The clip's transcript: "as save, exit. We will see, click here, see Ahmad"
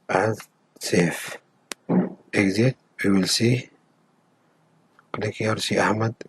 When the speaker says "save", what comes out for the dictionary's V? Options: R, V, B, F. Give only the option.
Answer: F